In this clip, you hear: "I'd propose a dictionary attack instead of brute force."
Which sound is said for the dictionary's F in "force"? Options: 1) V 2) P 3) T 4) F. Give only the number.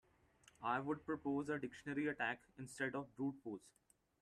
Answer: 2